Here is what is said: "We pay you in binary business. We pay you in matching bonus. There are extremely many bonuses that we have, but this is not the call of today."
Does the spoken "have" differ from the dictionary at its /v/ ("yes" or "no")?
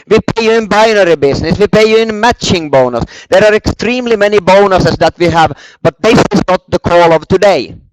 no